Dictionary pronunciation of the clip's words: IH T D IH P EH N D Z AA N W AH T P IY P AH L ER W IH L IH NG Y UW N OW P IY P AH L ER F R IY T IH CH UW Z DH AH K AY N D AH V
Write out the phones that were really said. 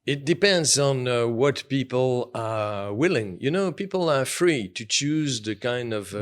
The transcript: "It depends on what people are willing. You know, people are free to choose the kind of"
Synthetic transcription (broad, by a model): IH T D IH P EH N D Z N W AH T P IY P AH L ER W IH L IH NG Y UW N OW P IY P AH L ER F R IY T IH CH UW Z DH AH K AY N D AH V